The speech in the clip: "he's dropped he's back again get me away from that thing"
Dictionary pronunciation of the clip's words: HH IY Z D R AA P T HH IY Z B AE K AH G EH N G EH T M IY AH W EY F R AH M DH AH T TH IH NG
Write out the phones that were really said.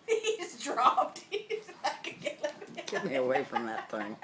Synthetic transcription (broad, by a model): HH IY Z D R AA P T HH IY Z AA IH K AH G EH L G EH T M IY AH W EY F R AH M DH AH T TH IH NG